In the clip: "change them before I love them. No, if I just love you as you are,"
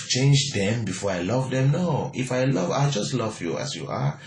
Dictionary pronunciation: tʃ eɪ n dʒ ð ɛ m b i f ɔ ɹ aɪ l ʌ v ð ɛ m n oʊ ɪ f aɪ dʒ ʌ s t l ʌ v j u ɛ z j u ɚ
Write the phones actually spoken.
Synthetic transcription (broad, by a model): tʃ eɪ n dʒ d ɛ m b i f ɔ aɪ l ʌ v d ɛ m n oʊ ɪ f aɪ dʒ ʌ s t l ʌ v j u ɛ s j u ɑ